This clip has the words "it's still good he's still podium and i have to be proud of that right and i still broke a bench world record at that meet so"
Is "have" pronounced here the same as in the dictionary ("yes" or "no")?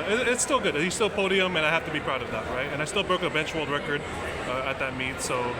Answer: no